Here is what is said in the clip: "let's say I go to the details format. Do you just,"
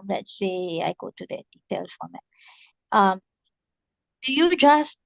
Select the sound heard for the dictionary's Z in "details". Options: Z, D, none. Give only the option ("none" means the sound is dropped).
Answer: none